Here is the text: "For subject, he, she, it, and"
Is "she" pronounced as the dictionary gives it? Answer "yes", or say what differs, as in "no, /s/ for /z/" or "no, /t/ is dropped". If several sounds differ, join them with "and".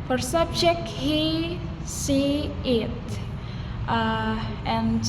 no, /s/ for /ʃ/